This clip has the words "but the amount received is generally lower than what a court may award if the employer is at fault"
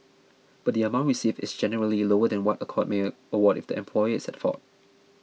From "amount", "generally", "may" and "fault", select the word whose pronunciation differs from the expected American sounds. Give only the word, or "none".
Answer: fault